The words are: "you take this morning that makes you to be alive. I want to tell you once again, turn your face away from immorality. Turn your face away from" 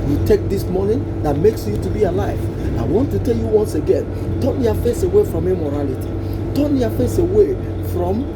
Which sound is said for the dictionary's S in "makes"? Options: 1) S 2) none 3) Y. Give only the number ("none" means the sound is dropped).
1